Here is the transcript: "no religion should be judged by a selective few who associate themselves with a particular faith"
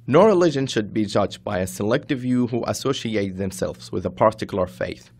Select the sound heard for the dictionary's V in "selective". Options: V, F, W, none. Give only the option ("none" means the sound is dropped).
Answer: V